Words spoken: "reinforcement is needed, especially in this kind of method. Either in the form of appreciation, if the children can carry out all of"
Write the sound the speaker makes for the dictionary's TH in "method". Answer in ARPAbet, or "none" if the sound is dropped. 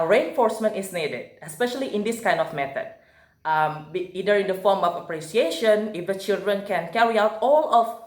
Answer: T